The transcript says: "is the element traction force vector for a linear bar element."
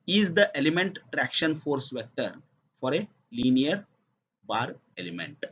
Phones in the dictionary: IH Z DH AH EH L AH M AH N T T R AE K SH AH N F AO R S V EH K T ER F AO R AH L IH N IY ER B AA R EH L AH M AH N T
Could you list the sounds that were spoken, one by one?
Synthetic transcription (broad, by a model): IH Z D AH EH L AH M AH N T T R AE K SH AH N F AO R S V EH T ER F AO R AH L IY N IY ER B AA R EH L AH M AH N T